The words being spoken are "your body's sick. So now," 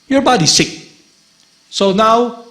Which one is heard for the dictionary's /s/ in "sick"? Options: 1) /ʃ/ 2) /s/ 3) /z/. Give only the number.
2